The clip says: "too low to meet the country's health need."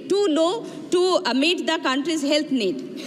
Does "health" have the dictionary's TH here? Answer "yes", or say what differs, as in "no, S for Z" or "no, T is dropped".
no, T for TH